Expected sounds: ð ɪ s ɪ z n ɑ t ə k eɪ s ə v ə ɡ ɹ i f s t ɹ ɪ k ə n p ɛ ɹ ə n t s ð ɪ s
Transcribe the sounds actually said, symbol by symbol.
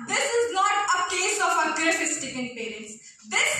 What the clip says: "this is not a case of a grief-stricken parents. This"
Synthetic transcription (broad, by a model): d ɪ s ɪ z n ɑ t ə k eɪ s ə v ə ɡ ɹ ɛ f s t ɪ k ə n p ɛ ɹ ə n t s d ɪ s